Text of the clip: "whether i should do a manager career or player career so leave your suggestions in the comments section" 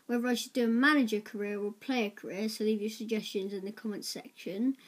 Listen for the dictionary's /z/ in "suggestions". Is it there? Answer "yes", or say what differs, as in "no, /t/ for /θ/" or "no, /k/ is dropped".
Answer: yes